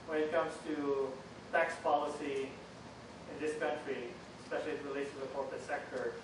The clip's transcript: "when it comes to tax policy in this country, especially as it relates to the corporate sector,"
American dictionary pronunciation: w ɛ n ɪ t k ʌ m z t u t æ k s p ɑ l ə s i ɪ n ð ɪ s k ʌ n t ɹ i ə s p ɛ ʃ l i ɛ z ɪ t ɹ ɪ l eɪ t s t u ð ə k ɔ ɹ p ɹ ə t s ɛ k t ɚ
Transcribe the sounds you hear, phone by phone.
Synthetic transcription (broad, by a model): w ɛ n ɪ t k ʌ m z t u t æ k s p ɑ l ə s i ɪ n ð ɪ s k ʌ n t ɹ i ə s p ɛ ʃ l i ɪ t ɹ ɪ l eɪ t s t u ð ə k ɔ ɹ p ə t s ɛ k t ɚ